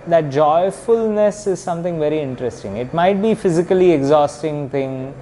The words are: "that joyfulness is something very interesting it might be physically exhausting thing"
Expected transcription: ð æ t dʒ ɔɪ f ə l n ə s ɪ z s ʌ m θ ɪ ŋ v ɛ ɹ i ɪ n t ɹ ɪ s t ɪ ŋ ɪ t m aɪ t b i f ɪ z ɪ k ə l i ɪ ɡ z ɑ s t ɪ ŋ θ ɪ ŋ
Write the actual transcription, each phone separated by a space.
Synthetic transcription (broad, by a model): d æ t dʒ ɔɪ f ə l n ə s ɪ z s ʌ m t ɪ ŋ v ɛ ɹ i ɪ n t ɹ ɪ s t ɪ ŋ ɪ t m aɪ t b i f ɪ z ɪ k ə l i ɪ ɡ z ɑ s t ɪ ŋ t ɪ ŋ